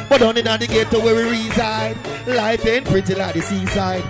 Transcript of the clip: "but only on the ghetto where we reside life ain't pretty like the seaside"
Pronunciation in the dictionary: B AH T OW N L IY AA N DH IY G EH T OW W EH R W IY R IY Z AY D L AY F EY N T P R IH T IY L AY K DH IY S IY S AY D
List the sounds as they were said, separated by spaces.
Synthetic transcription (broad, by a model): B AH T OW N IY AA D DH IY G EH T OW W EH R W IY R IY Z AY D L AY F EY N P R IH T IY L AY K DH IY S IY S AY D